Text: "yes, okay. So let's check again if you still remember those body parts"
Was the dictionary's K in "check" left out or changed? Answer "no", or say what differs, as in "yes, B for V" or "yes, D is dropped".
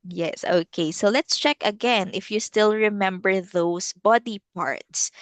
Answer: no